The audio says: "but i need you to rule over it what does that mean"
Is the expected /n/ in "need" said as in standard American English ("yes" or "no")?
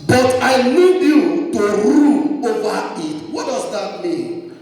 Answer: no